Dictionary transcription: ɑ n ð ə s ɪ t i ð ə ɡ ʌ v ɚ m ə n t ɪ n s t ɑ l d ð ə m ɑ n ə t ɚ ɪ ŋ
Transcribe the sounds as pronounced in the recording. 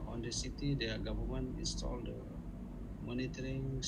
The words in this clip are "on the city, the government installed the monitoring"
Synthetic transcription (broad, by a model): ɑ n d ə s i t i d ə ɡ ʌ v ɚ m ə n ɪ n s t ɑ l d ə m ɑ n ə t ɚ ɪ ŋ